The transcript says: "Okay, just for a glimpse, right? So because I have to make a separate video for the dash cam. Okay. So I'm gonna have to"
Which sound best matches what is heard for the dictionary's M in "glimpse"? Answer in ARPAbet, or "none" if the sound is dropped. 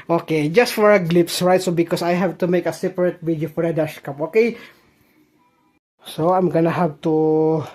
none